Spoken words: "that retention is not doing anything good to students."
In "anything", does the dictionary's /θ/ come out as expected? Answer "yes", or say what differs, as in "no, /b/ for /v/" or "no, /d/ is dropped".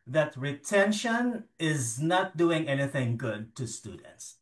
yes